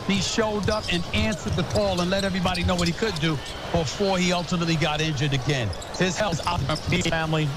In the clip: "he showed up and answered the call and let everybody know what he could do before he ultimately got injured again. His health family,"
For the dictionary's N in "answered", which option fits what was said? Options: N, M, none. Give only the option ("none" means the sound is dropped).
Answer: N